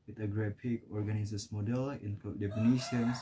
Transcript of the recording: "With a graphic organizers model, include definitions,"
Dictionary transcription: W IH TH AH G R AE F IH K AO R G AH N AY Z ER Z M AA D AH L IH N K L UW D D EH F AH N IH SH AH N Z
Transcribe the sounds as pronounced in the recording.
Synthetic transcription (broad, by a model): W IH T AH G R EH P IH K AO R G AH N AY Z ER S M AA D AH L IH N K UW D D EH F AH N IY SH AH N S